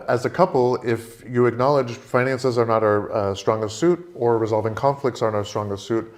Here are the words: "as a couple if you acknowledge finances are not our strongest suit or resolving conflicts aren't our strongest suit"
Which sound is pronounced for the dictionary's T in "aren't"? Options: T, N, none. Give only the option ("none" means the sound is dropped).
none